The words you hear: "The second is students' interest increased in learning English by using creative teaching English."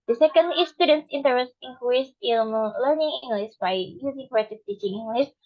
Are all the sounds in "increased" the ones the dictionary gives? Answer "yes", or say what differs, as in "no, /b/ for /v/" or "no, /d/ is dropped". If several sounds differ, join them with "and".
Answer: no, /ɹ/ is dropped